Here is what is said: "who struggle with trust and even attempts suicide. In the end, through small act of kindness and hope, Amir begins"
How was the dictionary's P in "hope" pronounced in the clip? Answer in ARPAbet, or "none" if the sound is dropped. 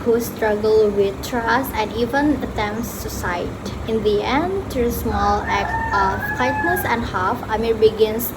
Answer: F